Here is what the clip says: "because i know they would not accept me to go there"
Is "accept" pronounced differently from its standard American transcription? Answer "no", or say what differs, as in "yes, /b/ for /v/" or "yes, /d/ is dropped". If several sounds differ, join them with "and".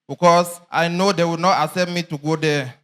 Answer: yes, /k/ is dropped